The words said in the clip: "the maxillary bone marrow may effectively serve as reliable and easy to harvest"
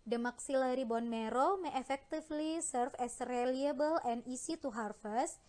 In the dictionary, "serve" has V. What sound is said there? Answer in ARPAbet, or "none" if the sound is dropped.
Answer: F